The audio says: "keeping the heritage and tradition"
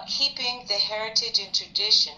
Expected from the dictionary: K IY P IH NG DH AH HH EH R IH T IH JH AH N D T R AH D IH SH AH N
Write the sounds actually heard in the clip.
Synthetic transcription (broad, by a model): K IY P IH NG DH AH HH EH R IH T IH JH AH N T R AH D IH SH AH N